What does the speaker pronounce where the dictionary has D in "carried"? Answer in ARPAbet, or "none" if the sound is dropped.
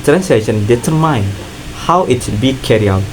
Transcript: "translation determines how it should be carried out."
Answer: none